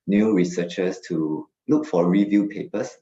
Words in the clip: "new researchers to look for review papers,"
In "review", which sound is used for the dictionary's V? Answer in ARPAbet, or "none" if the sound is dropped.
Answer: V